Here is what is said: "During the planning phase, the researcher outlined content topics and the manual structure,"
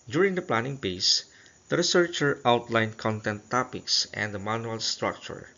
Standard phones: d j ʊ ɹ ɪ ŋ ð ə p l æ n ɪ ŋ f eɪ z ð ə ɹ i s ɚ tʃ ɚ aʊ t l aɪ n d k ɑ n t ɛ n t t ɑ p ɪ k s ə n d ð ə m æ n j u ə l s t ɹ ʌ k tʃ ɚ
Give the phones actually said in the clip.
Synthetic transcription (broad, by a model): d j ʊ ɹ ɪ ŋ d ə p l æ n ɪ ŋ p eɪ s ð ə ɹ i s ɚ tʃ ɚ aʊ t l aɪ n k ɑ n t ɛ n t t ɑ p ɪ k s ə n d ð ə m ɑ n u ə l s t ɹ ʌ k tʃ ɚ